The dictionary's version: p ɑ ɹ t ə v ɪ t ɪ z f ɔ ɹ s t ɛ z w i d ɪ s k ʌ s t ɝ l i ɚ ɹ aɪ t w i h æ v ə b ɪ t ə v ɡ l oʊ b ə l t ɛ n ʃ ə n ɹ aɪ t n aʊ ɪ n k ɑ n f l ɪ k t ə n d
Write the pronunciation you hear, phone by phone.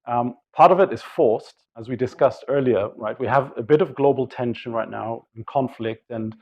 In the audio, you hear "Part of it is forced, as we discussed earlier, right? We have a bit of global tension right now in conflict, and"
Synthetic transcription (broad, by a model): p ɑ ɹ t ə v ɪ t ɪ z f ɔ ɹ s t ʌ z w i d ɪ s k ʌ s t ɝ l i ɚ ɹ aɪ t w i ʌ v ə b ɪ t ə v ɡ l oʊ b l t ɛ n ʃ ə n ɹ aɪ t n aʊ ɪ n k ɑ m f l ɪ k t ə n